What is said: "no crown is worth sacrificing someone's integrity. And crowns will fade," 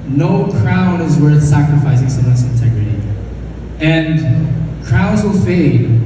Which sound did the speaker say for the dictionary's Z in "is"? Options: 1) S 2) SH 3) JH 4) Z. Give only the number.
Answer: 4